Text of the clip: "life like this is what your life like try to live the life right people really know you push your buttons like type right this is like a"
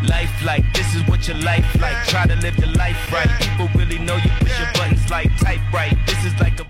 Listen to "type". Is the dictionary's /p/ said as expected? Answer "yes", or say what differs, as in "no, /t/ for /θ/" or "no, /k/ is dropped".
no, /b/ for /p/